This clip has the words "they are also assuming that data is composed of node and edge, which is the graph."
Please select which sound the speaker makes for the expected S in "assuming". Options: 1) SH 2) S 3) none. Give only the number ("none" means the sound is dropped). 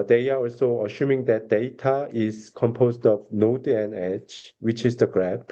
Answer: 1